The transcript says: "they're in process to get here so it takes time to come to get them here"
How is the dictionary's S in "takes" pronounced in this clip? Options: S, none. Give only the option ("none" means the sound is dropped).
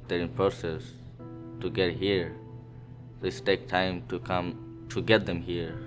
none